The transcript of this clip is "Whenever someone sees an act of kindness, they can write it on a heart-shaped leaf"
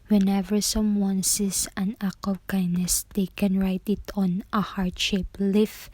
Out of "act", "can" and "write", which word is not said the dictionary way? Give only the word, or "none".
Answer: act